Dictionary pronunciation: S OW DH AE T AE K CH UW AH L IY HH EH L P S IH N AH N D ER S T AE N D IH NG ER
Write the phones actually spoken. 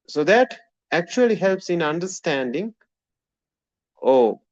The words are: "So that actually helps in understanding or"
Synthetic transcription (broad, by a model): S OW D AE T AE K CH UW AH L IY HH EH L P S IH N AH N D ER S T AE N D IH NG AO